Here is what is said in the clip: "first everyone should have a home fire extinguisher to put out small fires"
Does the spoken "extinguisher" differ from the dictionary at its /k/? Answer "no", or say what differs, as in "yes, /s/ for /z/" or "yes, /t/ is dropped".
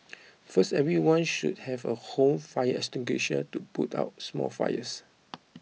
yes, /k/ is dropped